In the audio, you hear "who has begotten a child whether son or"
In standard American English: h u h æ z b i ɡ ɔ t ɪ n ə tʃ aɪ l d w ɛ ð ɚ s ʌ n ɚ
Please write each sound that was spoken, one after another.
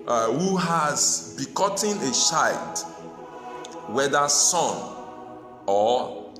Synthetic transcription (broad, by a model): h u h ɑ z b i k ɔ t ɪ n ə ʃ aɪ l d w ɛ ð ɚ s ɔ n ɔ